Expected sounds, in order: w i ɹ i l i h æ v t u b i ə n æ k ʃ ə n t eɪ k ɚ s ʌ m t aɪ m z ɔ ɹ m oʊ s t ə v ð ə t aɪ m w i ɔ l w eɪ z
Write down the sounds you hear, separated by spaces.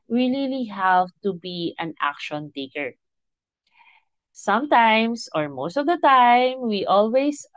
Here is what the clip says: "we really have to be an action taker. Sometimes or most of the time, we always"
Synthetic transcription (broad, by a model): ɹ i l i l i h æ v t u b i ə n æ k ʃ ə n t eɪ k ɚ s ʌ m t aɪ m s ɔ ɹ m oʊ s t ə v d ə t aɪ m w i ɔ l w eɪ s